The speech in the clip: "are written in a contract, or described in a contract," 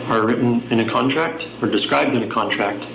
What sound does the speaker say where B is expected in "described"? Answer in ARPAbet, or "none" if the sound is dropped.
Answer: B